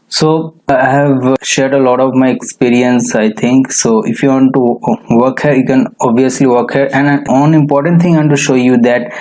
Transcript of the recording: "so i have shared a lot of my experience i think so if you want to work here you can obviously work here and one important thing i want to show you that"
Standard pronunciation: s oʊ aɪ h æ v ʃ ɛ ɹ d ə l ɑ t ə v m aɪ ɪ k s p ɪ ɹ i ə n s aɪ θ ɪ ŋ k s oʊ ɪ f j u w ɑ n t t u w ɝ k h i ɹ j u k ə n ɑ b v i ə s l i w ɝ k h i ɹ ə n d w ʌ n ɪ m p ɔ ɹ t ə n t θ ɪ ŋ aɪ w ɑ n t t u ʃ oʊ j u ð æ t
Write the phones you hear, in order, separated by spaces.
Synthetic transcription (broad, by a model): s oʊ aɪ h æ v ʃ ɛ ɹ d ə l ɑ t ə v m aɪ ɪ k s p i ɹ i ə n s aɪ t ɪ ŋ k s oʊ ɪ f j u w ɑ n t t u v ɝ k h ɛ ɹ j u k ə n ɑ b v i ə s l i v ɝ k h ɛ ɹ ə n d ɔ n ɪ m p ɔ ɹ t ə n t t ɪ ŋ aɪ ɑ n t t u ʃ oʊ j u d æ t